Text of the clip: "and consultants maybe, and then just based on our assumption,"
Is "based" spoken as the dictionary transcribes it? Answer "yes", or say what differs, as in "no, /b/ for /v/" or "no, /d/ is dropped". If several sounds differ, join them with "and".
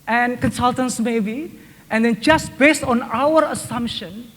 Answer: yes